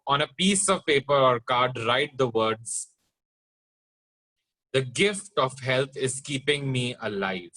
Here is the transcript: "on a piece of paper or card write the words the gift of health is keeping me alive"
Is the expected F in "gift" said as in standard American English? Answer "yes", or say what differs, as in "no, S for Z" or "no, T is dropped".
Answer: yes